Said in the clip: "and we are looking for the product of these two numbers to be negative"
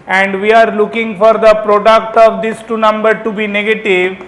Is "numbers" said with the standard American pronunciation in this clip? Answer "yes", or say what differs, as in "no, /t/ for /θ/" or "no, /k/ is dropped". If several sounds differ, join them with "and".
no, /z/ is dropped